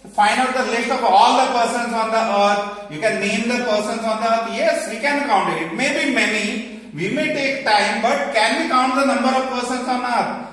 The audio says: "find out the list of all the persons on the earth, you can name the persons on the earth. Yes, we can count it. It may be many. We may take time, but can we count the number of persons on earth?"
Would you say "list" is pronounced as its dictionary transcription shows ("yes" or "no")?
no